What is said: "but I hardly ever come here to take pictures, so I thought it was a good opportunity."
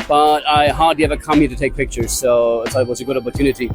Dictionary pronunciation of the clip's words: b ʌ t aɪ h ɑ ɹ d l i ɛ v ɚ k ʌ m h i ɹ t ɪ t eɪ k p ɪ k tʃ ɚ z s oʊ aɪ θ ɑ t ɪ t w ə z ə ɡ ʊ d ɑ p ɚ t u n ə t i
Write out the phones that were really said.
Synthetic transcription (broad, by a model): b ʌ t aɪ h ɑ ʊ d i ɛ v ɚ k ʌ m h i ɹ t ɪ t eɪ k p ɪ k tʃ ɚ z s oʊ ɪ s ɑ ɪ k w ə z ə ɡ ʊ d ɑ p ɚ t u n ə t i